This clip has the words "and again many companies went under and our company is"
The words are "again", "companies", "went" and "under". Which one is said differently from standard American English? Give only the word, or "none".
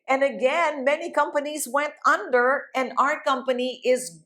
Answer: none